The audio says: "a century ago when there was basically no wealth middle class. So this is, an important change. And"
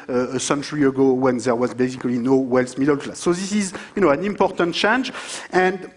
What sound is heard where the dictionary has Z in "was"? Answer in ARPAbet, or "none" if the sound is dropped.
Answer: Z